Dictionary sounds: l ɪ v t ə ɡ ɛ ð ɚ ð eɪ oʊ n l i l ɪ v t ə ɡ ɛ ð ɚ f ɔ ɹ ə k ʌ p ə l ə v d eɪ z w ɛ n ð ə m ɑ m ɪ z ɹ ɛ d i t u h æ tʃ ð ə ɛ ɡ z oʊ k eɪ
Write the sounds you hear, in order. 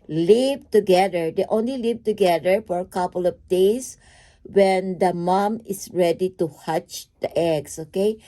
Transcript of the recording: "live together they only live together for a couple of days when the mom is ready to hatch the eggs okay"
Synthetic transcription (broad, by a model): l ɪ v t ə ɡ ɛ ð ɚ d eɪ oʊ n l i l ɪ v t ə ɡ ɛ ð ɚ f ɔ ɹ ə k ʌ p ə l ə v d eɪ s w ɛ n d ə m ɑ m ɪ s ɹ ɛ d i t u h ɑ tʃ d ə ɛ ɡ s oʊ k eɪ